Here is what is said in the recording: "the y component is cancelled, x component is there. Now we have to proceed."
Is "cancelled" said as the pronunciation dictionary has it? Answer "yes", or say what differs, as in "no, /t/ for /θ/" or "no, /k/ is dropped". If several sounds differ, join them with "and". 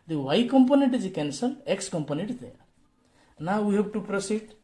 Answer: no, /d/ is dropped